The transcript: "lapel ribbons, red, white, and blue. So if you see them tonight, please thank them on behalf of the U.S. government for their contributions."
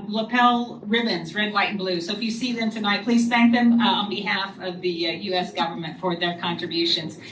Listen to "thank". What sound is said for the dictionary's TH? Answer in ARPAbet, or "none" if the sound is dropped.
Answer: TH